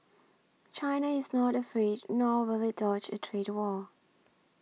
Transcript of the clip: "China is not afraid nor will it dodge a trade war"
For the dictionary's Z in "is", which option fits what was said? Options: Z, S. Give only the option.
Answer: Z